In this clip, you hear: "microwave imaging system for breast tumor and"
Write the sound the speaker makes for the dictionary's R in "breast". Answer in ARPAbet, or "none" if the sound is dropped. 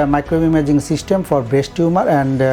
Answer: none